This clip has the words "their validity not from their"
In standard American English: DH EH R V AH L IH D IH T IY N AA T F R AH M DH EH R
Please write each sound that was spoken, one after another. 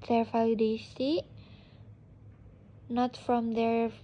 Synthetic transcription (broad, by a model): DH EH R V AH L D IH S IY N AA T F R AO M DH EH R